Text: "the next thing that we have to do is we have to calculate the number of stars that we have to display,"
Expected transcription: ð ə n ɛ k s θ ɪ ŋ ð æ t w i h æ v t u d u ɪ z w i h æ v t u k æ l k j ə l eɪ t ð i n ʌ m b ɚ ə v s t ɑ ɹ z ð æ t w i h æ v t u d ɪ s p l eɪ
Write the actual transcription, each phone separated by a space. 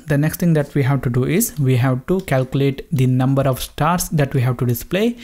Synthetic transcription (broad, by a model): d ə n ɛ k s t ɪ ŋ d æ t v i h æ v t u d u ɪ z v i h æ v t u k æ l k j ə l eɪ t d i n ʌ m b ɚ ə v s t ɑ ɹ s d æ t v i h æ v t u d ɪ s p l eɪ